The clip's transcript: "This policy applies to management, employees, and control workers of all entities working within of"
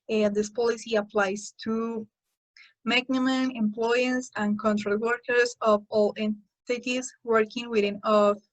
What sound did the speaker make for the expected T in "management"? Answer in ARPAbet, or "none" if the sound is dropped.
none